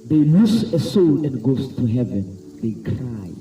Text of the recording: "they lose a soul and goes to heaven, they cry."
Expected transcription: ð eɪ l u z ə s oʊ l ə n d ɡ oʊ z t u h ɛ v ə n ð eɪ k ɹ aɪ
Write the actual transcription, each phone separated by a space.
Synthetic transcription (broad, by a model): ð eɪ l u s ə s oʊ l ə n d ɡ oʊ s t u h ɛ v ə n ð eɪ k ɹ aɪ